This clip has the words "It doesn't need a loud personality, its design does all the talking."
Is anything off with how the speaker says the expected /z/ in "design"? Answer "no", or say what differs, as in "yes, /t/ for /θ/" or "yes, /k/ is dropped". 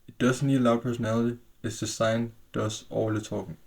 yes, /s/ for /z/